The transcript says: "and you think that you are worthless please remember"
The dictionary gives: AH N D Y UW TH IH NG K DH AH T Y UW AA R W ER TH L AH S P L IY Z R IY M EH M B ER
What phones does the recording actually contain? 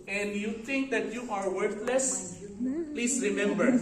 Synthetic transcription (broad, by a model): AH N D Y UW T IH NG K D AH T Y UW AA R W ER T L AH S P L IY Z R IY M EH M B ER